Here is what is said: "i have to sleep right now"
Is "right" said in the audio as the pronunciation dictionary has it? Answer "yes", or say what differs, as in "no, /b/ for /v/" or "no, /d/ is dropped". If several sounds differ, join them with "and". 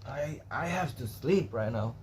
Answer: yes